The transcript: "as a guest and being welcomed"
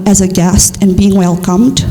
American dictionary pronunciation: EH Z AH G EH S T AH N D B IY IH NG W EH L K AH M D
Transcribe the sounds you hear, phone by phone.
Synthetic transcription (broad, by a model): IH Z AH G EH S T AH N B IY IH NG W EH L K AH M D